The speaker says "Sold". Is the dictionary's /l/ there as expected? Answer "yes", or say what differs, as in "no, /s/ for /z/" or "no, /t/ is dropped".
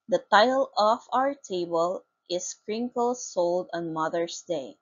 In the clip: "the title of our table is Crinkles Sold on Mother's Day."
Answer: yes